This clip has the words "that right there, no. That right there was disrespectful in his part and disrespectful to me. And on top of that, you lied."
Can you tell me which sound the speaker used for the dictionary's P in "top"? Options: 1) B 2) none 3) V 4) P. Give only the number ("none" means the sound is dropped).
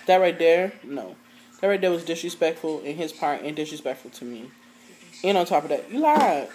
4